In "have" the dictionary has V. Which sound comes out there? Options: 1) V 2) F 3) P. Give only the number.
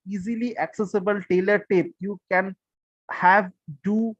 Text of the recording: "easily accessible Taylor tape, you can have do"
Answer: 1